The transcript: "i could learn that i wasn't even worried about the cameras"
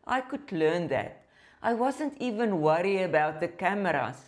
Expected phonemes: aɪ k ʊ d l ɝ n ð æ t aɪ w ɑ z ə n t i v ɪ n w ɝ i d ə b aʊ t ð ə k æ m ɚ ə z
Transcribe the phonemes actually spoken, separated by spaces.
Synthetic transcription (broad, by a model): aɪ k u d l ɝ n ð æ t aɪ w ɑ z ə n t i v ɪ n w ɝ i ə b aʊ t ð ə k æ m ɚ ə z